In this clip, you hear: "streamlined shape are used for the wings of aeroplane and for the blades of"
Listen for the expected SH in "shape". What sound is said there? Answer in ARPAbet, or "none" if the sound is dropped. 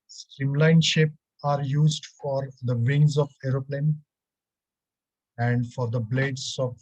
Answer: SH